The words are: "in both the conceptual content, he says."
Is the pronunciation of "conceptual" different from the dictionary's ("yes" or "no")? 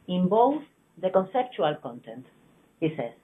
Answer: no